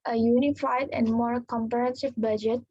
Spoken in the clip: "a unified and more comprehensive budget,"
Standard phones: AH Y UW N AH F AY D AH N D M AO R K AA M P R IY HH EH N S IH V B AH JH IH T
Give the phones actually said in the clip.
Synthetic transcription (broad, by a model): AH Y UW N AH F AY D AH N D M AO R K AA M P IY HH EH N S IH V B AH JH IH T